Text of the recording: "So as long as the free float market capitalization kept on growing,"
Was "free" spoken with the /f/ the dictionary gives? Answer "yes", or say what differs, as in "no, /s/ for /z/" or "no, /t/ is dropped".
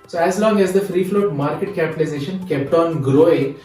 yes